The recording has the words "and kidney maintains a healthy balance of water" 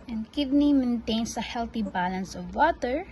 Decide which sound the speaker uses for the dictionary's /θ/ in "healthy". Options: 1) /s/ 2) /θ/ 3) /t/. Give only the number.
3